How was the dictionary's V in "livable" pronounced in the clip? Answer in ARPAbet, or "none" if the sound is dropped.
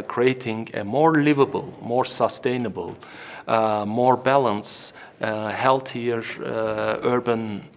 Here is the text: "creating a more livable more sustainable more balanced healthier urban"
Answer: V